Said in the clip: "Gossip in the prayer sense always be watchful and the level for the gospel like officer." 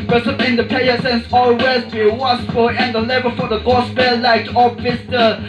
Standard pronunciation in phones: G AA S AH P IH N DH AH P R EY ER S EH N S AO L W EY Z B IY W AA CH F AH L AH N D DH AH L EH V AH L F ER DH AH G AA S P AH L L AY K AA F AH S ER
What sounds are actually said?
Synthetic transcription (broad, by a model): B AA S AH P IH N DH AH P EY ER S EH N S AO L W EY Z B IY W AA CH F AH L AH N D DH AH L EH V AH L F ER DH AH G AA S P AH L L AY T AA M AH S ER